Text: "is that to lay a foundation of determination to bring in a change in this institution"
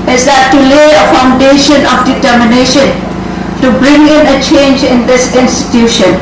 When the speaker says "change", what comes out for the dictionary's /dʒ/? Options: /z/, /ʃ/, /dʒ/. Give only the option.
/dʒ/